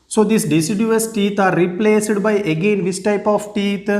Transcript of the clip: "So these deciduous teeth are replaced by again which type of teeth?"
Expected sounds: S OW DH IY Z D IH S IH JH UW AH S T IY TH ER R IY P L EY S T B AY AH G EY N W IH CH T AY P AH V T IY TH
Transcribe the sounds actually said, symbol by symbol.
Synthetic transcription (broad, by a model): S OW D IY S D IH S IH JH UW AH S T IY T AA R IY P L EY S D B AY AH G EY N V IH S T AY P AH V T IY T